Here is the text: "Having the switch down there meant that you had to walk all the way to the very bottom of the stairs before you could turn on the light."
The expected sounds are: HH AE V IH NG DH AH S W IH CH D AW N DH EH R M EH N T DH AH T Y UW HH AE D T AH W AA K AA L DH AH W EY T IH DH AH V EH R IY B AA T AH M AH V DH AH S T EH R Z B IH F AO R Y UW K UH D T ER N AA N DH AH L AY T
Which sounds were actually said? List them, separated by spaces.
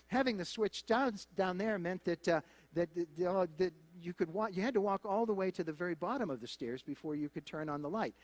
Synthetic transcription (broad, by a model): HH AE V IH NG DH AH S W IH CH D AW N DH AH R M EH N T DH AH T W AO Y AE D T AH W AA K AA L DH AH W EY T IH DH AH V EH R IY B AA T AH M AH V DH AH S T EH R Z B IH F AO R Y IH K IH D T ER N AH N DH AH L AY T